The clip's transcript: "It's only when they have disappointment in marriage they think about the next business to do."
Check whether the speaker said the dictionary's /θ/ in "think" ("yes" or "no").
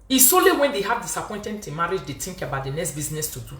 no